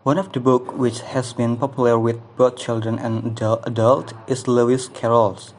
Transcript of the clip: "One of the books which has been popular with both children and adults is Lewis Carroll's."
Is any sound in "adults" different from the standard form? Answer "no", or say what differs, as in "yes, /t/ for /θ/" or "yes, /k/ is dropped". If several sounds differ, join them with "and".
yes, /s/ is dropped